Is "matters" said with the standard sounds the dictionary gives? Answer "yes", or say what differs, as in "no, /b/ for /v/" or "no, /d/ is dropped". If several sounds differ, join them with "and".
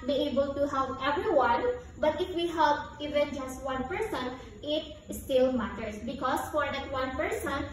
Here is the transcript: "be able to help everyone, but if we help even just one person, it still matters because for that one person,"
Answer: no, /s/ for /z/